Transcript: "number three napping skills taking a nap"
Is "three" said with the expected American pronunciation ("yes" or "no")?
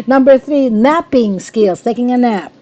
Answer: yes